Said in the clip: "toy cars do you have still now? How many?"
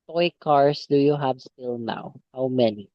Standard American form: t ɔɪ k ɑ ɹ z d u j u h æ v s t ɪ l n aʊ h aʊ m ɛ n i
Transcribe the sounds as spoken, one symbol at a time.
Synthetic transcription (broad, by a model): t ɔɪ k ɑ ɹ s d u j u h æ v s t ɪ l n aʊ h aʊ m ɛ n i